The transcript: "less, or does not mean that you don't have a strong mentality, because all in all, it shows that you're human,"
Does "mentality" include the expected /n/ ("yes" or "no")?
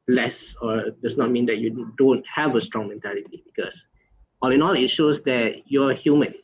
yes